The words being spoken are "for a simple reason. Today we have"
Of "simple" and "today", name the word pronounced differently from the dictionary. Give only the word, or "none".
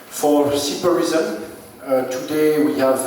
simple